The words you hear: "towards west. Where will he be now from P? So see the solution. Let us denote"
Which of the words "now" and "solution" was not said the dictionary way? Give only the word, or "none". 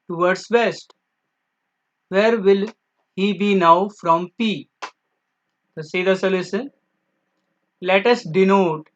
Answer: solution